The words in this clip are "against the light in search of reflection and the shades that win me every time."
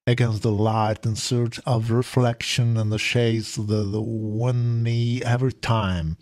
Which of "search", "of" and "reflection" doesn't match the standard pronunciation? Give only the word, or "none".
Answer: none